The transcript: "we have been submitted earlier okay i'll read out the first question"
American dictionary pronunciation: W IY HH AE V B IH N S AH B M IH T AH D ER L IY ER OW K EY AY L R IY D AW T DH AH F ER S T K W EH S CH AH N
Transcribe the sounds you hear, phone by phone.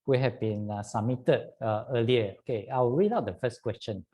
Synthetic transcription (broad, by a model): W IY HH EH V B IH N S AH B M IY T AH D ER L IY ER OW K EY AY W R IY D AW T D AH F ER S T K W EH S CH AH N